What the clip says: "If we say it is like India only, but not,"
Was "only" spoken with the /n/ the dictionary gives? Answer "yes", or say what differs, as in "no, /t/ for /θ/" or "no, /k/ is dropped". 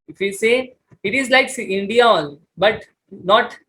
no, /n/ is dropped